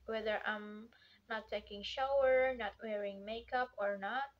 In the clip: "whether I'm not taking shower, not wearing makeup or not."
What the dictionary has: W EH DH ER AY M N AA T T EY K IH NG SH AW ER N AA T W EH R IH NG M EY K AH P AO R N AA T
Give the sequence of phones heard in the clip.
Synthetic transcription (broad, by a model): W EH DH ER AY M N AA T T EY K IH NG SH AW ER N AA T W EH R IH NG M EY K AH P AO R N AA T